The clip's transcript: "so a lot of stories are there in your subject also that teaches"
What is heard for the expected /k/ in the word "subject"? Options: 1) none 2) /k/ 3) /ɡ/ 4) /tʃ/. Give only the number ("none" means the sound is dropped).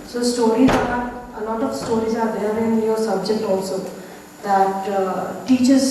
2